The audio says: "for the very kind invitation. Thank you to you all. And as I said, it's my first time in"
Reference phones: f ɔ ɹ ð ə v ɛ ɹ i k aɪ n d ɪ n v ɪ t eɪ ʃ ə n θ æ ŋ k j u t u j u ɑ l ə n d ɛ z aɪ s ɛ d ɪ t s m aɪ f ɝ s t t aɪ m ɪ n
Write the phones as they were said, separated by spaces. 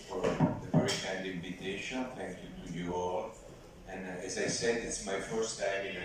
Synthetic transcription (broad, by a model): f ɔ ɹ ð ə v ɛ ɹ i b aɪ d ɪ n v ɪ t eɪ ʃ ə n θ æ ŋ k j u t u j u ɑ l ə n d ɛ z aɪ s ɛ d ɪ t s m aɪ f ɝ s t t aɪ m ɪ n